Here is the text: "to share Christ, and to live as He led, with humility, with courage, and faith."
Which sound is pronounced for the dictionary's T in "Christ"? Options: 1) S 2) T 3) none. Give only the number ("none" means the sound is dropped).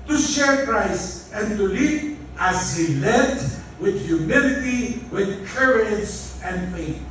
3